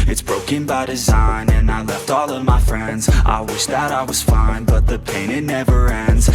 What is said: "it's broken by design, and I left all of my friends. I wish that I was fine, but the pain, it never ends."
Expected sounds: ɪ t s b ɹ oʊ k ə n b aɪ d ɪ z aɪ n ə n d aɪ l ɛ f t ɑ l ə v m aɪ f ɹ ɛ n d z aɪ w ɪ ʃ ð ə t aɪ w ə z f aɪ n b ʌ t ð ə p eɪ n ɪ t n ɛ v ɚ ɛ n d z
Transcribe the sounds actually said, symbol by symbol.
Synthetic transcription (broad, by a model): ɪ t s b ɹ oʊ k ə n b aɪ d ɪ z aɪ n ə n aɪ l ɛ f t ɑ l ə v m aɪ f ɹ ɛ n d z aɪ w ɪ ʃ ð ə t aɪ w ə z f aɪ n b ʌ t ð ə p eɪ n ɪ t n ɛ v ɚ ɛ n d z